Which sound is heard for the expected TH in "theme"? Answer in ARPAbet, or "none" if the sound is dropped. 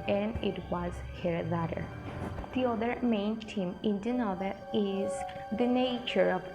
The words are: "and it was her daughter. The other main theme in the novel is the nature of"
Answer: T